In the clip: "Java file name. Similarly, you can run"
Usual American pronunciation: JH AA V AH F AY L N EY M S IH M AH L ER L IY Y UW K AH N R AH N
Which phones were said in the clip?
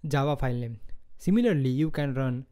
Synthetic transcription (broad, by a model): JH AA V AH P AY L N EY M S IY M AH L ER L IY Y UW K AH N R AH N